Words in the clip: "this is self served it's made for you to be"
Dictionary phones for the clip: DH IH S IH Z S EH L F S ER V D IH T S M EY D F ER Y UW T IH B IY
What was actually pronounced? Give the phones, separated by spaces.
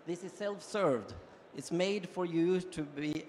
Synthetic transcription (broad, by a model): DH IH S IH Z S EH L F S ER V D IH T S M EY D F ER Y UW T IH B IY